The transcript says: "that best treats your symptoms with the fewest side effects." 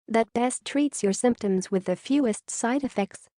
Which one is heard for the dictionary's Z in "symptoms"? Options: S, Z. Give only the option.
Z